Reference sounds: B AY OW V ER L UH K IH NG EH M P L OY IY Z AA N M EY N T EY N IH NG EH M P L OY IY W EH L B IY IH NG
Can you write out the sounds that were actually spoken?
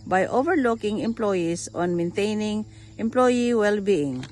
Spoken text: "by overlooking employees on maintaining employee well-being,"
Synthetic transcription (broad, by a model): B AY OW V ER L UH K IH NG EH M P L OY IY S AA N M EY N T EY N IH NG EH M P L OY IY W EH L B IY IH NG